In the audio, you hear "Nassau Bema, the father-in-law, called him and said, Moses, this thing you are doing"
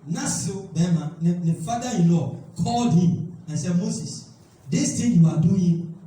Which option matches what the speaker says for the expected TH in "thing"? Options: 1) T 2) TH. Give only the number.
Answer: 1